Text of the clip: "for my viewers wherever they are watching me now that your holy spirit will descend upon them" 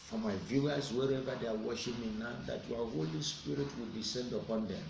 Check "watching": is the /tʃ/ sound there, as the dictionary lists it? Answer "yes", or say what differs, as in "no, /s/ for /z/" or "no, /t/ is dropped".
no, /ʃ/ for /tʃ/